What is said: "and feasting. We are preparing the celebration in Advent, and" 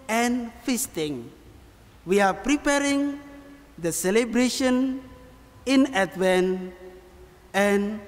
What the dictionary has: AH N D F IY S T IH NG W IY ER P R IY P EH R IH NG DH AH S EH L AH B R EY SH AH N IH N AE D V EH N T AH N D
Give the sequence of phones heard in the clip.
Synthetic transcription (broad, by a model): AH N F IY S T IH NG W IY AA P R IY P EH R IH NG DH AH S EH L AH B R EY SH AH N IH N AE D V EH N AH N